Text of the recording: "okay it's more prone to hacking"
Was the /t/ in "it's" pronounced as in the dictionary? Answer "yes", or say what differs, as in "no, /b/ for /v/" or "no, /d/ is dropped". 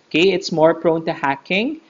yes